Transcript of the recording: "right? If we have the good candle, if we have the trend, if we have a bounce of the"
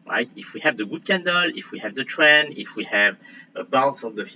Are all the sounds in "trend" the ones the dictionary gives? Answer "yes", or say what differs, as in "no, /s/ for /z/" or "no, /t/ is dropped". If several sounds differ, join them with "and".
no, /d/ is dropped